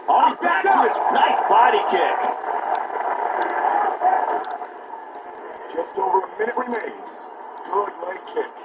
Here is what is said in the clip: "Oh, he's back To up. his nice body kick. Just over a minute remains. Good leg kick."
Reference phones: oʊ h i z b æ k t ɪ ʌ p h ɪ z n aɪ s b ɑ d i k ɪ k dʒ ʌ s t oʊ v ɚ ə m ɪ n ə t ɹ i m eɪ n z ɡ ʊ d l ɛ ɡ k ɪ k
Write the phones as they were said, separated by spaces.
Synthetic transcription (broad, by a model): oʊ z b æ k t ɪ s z n aɪ s b ɑ d i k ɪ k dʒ ʌ s t oʊ v ɚ ə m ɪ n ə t ɹ i m eɪ n z ɡ ʊ d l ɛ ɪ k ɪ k